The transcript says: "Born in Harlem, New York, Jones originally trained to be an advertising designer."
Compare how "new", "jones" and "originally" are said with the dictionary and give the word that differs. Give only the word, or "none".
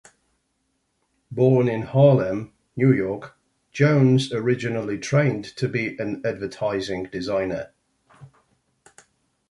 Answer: none